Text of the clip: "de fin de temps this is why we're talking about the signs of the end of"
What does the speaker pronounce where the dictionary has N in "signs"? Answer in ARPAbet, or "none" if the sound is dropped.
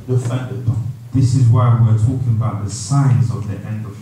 N